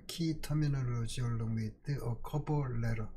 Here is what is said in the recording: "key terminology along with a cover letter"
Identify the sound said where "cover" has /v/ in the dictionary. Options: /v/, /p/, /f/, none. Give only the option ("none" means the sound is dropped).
/p/